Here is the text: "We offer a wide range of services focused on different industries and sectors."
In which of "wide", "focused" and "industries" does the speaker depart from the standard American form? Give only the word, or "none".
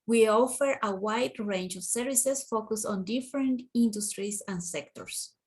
industries